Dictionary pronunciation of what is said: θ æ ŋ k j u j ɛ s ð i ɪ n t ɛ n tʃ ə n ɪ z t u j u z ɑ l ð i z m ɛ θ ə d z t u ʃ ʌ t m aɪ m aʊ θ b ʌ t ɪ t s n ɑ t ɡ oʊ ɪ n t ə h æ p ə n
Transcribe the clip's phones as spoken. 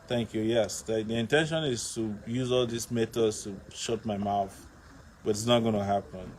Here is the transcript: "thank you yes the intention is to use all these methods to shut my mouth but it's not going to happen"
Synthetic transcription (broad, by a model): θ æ ŋ k j u j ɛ s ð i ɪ n t ɛ n ʃ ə n ɪ z t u j u z ɑ l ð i s m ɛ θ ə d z t u ʃ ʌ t m aɪ m aʊ θ b ʌ t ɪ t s n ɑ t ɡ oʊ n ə h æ p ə n